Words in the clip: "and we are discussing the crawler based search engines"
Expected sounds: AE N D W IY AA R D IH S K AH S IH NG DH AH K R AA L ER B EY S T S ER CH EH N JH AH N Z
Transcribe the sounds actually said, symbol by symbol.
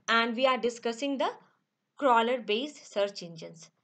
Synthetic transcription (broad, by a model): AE N D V IY AA R D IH S K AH S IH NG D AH K R AA L ER B EY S S ER CH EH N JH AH N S